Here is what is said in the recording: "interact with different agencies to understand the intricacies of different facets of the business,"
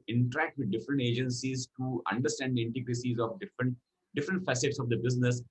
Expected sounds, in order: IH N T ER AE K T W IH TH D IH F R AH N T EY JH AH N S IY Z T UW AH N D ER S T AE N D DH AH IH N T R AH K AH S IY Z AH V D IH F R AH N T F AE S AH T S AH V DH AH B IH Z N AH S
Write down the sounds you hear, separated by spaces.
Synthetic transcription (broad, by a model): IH N T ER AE K T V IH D D IH F R AH N T EY JH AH N S IY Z T UW AH N D ER S T AE N D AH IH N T AH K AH S IY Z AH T D IH F R AH N T F AE S AH T S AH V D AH B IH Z N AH S